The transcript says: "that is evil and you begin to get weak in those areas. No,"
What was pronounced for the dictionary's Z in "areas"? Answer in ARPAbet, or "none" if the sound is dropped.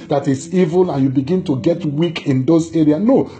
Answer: none